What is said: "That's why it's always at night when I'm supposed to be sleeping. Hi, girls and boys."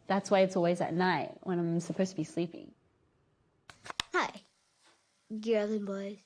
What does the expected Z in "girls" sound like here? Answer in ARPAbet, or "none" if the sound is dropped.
none